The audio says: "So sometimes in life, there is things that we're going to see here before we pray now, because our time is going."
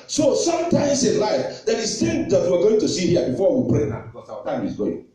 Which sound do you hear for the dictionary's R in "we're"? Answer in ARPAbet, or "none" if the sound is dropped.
W